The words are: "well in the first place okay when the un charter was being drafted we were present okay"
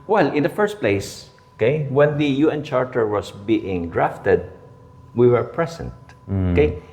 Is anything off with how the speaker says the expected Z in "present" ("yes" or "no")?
yes